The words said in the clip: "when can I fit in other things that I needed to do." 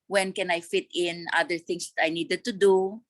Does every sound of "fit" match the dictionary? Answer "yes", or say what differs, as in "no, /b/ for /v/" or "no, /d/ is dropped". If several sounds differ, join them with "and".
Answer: yes